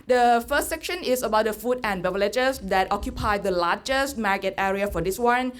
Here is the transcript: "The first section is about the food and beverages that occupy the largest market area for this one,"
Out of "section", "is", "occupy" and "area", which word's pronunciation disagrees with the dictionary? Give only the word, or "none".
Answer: is